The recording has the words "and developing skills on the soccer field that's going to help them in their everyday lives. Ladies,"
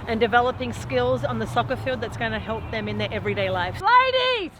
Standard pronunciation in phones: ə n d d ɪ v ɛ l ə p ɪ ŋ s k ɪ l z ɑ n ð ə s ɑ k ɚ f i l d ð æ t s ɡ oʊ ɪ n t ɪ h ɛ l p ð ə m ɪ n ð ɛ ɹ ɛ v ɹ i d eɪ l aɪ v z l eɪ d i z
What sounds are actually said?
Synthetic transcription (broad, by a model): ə n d d ɪ v ɛ l ə p ɪ ŋ s k ɪ l z n ð ə s ɑ k ɚ f i l d ð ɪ t s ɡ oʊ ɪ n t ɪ h ɛ l p ð ə m ɪ n ð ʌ ɹ ɛ v ɹ i d eɪ l aɪ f l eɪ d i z